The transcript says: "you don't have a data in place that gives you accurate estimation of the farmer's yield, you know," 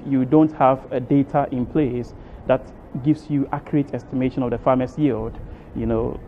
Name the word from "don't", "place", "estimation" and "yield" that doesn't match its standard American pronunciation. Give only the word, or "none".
none